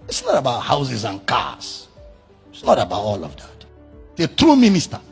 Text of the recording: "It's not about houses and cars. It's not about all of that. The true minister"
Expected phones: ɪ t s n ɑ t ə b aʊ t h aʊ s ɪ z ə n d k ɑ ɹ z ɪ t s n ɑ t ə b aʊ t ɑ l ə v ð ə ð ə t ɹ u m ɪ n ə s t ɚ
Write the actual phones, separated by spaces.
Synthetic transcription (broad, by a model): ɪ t s n ɑ t ə b aʊ t h aʊ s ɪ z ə n k ɑ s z ɪ t s n ɑ t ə b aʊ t ɑ l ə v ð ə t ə t ɹ u m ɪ n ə s t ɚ